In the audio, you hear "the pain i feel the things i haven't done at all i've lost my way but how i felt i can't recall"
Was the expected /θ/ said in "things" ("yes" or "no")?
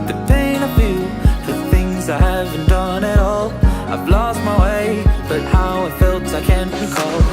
yes